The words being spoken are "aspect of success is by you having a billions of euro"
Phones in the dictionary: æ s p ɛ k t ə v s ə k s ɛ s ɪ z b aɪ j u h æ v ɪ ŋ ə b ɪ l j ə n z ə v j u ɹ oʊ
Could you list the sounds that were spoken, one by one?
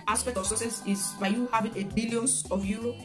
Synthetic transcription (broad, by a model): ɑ s p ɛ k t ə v s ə s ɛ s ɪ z b aɪ j u h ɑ v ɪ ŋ ə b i l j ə n ə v j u ɹ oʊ